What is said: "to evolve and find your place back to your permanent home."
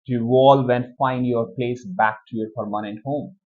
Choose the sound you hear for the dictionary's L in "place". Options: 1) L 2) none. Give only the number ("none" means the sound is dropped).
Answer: 1